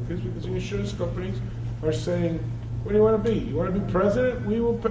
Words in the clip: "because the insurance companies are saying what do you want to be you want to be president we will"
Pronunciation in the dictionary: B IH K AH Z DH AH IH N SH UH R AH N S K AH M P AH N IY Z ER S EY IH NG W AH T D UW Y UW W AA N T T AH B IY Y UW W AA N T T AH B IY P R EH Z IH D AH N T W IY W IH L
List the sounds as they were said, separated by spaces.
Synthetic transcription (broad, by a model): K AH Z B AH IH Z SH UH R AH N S K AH M P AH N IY Z ER S EY IH NG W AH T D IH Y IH W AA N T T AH B IY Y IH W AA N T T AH B IY P R EH Z IH D AH N T W IY W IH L